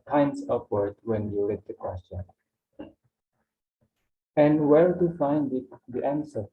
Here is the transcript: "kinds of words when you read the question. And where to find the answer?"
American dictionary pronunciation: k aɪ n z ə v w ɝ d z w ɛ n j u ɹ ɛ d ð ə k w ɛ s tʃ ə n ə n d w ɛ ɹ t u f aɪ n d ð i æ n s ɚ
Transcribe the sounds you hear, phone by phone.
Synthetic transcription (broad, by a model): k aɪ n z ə p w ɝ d w ɛ n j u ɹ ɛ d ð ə k w ɛ s tʃ ə n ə n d w ɛ ɹ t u f aɪ n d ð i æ n s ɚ